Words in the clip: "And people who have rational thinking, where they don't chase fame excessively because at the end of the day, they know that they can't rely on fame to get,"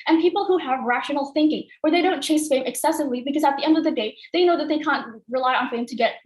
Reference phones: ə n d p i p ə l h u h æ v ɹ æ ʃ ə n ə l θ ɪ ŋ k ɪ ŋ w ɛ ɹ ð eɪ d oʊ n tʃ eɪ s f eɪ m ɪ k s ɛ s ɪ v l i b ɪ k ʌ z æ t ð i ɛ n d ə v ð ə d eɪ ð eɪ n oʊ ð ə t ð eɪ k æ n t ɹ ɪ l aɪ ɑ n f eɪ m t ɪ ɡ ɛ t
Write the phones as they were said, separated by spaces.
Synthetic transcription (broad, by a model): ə n p i p l h u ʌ v ɹ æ ʃ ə n l θ ɪ ŋ k ɪ ŋ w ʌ ɹ ð eɪ d oʊ n tʃ eɪ s f eɪ m ɪ k s ɛ s ɪ v l i b ɪ k ʌ z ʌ t ð i ɛ n d ə v ð ə d eɪ ð eɪ n oʊ ð ə t ð eɪ k æ n t ɹ ɪ l aɪ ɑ n f eɪ m t ɪ ɡ ɛ t